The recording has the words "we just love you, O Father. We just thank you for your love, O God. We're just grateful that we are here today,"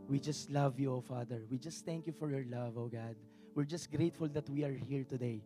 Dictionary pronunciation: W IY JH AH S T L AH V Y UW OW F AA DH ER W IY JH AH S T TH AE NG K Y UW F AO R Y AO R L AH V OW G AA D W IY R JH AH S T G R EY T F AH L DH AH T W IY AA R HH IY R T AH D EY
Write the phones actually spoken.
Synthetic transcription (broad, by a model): W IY JH AH S T L AH V Y UW OW F AA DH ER W IY JH AH S T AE NG K Y UW F AO R Y AO R L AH V OW G AA D W IY R JH AH S T G R EY T F AH L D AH T W IY AA R HH IY R T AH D EY